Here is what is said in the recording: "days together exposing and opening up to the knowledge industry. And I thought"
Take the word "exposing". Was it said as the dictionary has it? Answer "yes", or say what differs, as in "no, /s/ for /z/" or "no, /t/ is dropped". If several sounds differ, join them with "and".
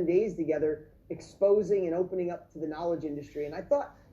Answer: yes